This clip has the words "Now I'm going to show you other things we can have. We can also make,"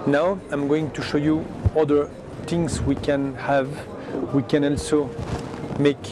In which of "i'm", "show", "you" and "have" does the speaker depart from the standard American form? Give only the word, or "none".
none